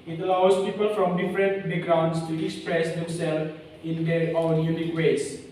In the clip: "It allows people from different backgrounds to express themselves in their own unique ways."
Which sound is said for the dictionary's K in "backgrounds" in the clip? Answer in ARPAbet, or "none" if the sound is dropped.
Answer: none